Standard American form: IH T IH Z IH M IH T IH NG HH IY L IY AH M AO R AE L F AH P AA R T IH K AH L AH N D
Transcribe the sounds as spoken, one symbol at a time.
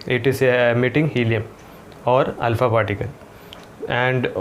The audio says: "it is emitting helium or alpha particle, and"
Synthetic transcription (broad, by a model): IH T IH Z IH M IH T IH NG HH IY L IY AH M AO R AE L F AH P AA T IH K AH N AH N D